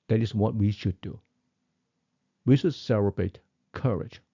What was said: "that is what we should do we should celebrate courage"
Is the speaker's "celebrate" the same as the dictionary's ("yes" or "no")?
no